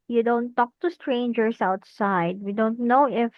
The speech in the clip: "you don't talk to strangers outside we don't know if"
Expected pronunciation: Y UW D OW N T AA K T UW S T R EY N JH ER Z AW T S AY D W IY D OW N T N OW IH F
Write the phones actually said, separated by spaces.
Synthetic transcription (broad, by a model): Y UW D OW N T AA K T UW S T R EY N JH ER S AW T S AY D W IY D OW N T N OW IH F